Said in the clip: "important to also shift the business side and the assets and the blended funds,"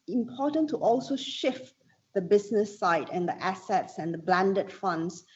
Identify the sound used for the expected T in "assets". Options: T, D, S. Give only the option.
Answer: T